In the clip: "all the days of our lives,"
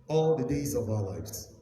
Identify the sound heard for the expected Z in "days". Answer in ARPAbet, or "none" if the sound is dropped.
Z